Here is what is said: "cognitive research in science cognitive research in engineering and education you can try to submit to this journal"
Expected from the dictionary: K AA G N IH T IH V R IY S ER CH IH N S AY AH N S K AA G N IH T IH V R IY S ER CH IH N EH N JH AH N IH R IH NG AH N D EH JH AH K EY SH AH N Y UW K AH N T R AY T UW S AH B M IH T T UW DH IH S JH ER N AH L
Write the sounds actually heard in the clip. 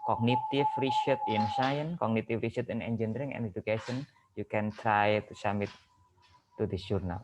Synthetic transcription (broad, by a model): K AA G N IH T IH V R IY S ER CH IH N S AY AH N K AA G N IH T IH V R IY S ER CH IH N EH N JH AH N R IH NG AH N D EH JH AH K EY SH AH N Y UW K AH N T R AY T UW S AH M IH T T UW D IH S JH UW N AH L